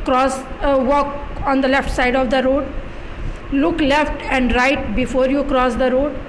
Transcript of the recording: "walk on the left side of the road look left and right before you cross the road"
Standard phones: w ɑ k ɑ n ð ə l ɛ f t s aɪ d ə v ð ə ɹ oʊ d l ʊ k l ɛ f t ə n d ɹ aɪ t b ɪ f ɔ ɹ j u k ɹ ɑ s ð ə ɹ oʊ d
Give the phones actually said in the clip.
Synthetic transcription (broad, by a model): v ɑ k ɑ n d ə l ɛ f t s aɪ d ə v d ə ɹ oʊ d l ʊ k l ɛ f t ə n d ɹ aɪ t b ɪ f ɔ ɹ j u k ɹ ɑ s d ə ɹ oʊ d